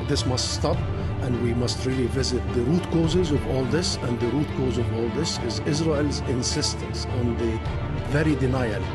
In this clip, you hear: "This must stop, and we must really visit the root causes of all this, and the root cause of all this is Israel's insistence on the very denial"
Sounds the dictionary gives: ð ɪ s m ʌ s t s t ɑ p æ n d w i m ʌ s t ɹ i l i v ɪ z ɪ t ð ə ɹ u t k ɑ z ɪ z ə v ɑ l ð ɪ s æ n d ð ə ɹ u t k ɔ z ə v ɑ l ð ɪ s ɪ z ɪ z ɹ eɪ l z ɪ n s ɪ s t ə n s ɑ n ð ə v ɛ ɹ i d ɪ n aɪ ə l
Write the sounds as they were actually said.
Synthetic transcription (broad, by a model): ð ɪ s m ʌ s t s t ɑ p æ n d w i m ʌ s t ɹ i l i v ɪ z ɪ t ð ə ɹ u t k ɑ z ɪ z ə v ɑ l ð ɪ s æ n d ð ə ɹ u t k ɔ z ə v ɑ l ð ɪ s ɪ z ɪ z ɹ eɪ l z ɪ n s ɪ s t ə n s ɑ n ð ə v ɛ ɹ i d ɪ n aɪ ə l